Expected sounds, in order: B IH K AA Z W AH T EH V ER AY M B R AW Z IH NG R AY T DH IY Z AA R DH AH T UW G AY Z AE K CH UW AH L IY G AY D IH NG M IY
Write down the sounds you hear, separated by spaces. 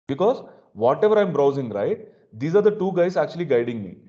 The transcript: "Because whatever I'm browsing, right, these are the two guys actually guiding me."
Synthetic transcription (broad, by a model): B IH K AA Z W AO T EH V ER AY M B R AW Z IH NG R AY T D IY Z AA R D AH T UW G AY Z AE K CH UW AH L IY G AY D IH NG M IY